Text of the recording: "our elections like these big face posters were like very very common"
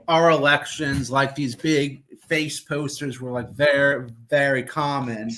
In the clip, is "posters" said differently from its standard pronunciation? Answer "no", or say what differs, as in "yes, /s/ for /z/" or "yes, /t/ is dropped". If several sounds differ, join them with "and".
no